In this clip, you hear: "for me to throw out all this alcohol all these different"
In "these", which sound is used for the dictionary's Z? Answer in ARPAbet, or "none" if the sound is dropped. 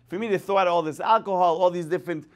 S